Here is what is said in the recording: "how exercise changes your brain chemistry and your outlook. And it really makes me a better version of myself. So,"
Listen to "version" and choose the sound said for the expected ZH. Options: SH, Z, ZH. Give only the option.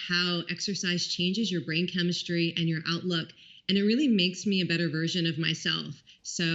ZH